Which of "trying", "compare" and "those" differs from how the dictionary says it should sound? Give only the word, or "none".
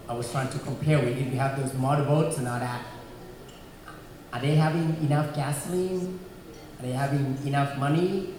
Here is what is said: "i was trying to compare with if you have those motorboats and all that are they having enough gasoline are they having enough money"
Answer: none